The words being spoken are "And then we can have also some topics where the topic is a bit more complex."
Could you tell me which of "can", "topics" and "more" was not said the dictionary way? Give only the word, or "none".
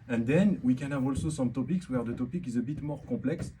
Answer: none